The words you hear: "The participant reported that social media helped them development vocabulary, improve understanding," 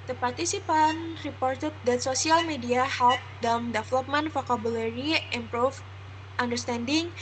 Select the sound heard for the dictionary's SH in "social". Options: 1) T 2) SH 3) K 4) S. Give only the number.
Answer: 4